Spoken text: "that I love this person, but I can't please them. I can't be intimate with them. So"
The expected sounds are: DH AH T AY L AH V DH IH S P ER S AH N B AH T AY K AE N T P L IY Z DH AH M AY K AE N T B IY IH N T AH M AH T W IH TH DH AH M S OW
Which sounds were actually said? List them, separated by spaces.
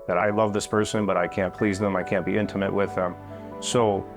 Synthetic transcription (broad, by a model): DH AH T AY L AH V DH IH S P ER S AH N B AH T AY K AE N P L IY Z DH AH M AY K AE N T B IY IH N T AH M AH T W IH DH AH M S OW